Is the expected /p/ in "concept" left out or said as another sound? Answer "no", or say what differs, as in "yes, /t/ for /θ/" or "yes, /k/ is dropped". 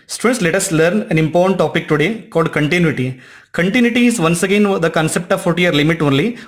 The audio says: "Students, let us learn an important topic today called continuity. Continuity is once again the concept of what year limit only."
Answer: no